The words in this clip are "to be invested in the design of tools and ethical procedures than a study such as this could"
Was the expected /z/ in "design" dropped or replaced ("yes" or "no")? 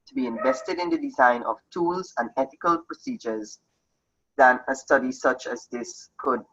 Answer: no